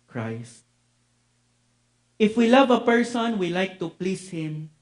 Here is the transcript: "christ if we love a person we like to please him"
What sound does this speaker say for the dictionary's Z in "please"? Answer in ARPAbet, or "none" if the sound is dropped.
S